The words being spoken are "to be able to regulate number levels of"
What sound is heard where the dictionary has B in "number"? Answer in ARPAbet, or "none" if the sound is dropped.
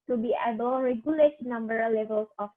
B